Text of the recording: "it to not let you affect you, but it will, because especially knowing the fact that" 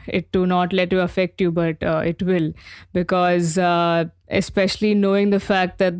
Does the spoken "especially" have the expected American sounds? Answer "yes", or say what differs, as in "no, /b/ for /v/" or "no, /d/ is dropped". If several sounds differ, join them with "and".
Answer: yes